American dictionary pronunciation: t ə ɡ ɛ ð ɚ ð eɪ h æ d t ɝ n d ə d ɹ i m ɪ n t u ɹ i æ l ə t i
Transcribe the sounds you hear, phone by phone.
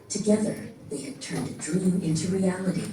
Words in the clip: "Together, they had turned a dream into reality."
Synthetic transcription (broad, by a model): t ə ɡ ɛ ð ɚ ð eɪ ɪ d t ɝ n d ə d ɹ i m ɪ n t u ɹ i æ l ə t i